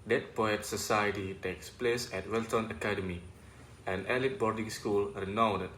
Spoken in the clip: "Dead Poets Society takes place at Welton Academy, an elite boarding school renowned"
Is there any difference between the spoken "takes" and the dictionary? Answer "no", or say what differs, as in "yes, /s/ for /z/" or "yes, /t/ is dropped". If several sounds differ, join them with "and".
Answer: no